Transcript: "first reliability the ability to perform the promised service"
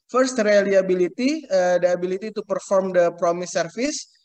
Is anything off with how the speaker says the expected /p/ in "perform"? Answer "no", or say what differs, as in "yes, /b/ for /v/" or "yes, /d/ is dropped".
no